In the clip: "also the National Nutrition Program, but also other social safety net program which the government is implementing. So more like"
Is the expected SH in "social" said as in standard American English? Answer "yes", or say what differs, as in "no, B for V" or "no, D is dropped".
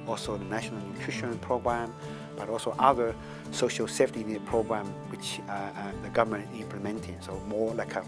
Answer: yes